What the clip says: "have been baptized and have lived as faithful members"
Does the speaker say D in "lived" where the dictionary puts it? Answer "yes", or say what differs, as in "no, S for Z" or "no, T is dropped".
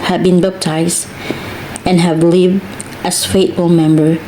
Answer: yes